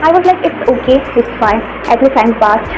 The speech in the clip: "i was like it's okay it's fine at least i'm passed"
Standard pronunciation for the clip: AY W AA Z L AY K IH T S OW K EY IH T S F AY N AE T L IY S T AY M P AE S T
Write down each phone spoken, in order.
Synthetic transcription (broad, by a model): AY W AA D L AY K IH T S OW K EY IH T S F AY N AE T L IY T AY M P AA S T